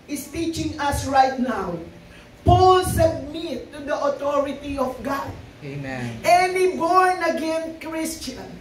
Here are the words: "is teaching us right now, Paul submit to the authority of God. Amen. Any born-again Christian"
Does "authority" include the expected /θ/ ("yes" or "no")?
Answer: no